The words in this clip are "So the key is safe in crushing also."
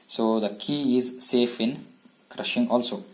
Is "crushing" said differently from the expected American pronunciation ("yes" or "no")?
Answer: no